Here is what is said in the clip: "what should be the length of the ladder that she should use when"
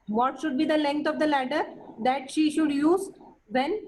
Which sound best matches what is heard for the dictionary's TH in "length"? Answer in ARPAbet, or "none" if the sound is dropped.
T